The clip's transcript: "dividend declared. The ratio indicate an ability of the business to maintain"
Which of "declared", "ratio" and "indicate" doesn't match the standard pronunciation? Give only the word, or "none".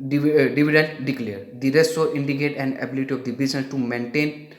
ratio